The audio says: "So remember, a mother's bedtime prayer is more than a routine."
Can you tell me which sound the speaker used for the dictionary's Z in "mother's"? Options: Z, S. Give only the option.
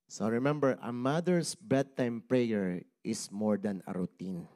S